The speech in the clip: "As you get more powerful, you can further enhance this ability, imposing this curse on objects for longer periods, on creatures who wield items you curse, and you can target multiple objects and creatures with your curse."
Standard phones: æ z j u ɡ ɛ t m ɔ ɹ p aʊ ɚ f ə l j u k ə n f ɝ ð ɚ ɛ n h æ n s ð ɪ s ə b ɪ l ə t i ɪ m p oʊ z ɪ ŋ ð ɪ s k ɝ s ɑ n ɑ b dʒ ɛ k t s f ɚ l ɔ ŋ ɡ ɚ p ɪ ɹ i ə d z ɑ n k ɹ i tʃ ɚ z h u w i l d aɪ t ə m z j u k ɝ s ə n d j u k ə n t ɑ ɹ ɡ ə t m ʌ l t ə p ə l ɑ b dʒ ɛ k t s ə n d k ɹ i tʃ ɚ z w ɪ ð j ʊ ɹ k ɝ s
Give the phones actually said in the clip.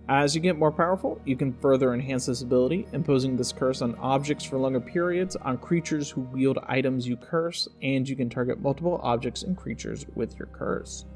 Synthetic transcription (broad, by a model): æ z j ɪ ɡ ɛ t m ɔ ɹ p aʊ ɚ f l j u k ə n f ɝ ð ɚ ɛ n h æ n s ð ɪ s ə b ɪ l ə t i ɪ m p oʊ z ɪ ŋ ð ɪ s k ɝ s n ɑ b dʒ ɛ k t s f ɚ l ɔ ŋ ɡ ɚ p ɪ ɹ i ə d z n k ɹ i tʃ ɚ z h u w i l d aɪ t ə m z j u k ɝ s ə n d j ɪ k ə n t ɑ ɹ ɡ ə t m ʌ l t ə p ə l ɑ b dʒ ɛ k t s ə n k ɹ i tʃ ɚ z w ɪ ð j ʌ ɹ k ɝ s